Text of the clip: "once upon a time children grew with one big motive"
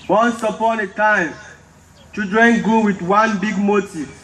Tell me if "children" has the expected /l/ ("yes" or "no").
no